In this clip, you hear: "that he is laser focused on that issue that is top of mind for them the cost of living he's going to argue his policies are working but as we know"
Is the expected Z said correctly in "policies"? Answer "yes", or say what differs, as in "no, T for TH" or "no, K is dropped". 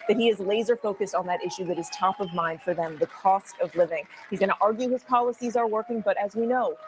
yes